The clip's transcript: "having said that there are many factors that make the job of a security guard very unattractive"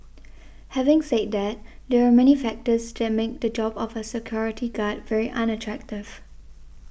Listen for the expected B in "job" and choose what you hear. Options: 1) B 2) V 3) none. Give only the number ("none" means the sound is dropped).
1